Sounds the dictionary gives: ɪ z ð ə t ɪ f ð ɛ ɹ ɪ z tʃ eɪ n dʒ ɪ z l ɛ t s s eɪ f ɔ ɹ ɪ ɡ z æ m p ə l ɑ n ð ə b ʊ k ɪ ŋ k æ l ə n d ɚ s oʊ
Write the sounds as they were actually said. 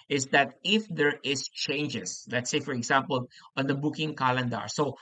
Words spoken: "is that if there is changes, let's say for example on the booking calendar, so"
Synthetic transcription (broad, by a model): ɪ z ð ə t ɪ f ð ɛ ɹ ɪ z tʃ eɪ n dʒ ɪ s l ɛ t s s eɪ f ɔ ɹ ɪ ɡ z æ m p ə l ɑ n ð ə b ʊ k ɪ ŋ k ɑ l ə n d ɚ s oʊ